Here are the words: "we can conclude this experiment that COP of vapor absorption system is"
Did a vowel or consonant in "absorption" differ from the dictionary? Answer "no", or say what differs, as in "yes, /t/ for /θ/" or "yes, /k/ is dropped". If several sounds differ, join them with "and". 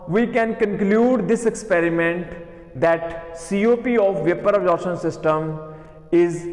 yes, /p/ is dropped